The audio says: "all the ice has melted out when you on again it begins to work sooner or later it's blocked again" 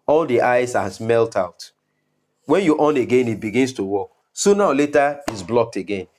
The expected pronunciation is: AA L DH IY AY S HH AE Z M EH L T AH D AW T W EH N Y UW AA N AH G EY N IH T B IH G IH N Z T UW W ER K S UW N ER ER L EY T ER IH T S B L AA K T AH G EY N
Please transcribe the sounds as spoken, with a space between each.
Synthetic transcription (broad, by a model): AA L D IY AY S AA S M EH L T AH UH T W EH N Y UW AA N AH G EY N IH T B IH G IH N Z T UW W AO K S UW N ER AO L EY T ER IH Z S B L AA K T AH G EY N